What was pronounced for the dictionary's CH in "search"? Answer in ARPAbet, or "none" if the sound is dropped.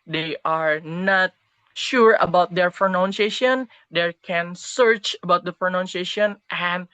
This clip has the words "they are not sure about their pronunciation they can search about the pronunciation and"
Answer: CH